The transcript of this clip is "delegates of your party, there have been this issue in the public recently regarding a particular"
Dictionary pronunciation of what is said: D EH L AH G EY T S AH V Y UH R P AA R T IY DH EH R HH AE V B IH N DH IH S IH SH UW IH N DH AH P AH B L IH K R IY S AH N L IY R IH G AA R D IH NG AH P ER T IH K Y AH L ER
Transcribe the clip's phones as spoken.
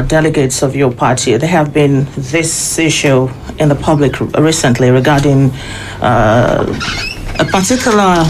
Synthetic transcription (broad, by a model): D EH L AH G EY T S AH V Y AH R P AA R T IY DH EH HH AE V B IH N DH IH S IH SH UW IH N DH AH P AH B L IH K R IY S AH N L IY R IH G AA R D IH NG AH P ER T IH K Y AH L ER